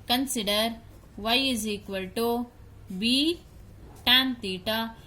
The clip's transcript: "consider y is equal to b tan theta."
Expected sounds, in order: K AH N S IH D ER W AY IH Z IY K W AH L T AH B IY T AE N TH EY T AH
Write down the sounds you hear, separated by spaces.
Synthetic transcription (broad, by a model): K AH N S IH D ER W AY IH Z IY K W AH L T AH B IY T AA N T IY T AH